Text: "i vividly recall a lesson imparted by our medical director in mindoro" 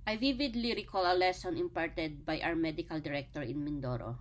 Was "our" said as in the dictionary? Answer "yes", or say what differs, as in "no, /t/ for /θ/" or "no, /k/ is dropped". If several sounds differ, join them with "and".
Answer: no, /w/ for /ɹ/